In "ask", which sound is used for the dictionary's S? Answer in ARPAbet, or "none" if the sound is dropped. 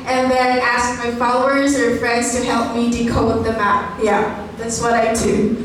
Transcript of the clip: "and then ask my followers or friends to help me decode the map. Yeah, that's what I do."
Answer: S